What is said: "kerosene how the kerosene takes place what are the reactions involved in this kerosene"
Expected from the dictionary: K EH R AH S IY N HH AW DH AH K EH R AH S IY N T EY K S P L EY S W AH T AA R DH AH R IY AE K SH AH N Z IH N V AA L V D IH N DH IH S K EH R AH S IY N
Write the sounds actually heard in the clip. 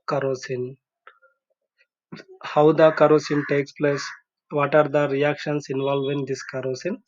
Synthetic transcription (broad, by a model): K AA R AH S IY N HH AW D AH K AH R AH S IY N T EY K S P L EY S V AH T AA R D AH R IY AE K SH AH N S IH N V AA L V IH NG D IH S K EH R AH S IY N